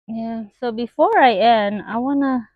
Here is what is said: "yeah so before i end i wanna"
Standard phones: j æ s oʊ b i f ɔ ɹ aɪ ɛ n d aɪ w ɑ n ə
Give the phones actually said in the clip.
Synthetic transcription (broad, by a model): j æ s oʊ b i f ɔ ɹ aɪ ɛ n aɪ w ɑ n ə